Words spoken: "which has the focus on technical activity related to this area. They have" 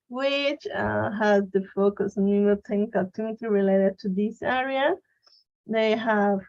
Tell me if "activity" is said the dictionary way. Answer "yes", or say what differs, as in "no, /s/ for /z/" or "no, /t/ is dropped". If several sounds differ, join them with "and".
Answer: no, /v/ is dropped